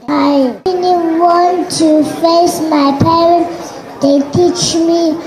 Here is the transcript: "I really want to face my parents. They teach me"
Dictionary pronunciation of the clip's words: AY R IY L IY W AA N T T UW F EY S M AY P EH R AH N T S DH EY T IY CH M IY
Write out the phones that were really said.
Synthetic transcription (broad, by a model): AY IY N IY W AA N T T UW F EY S M AY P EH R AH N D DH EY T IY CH M IY